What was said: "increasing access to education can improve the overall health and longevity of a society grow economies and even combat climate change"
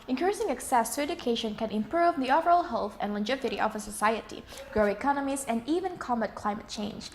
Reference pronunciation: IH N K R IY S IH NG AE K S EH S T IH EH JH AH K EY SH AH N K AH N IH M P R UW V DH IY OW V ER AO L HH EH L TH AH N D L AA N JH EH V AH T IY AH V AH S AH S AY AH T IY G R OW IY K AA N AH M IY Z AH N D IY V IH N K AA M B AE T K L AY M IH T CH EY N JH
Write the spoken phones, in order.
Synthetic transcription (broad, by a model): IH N K R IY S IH NG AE K S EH S T IH EH JH AH K EY SH AH N K AH N IH M P R UW V DH IY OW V ER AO L HH EH L TH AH N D L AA JH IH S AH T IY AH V AH S AH S AY AH T IY G R OW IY K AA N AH M IY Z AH N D IY V IH N K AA M AE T K L AY M IH T CH EY N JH